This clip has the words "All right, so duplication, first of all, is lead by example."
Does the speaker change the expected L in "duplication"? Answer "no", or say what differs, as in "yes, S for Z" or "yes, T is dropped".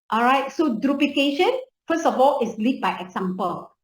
yes, L is dropped